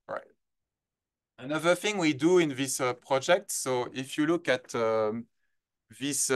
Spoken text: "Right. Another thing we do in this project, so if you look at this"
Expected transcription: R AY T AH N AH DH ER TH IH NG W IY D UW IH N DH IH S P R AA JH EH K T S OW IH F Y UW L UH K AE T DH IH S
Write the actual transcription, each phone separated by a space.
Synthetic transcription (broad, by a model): R AY T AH N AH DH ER TH IH NG W IY D UW IH N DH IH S P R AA JH EH K T S OW IH F Y UW L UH K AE T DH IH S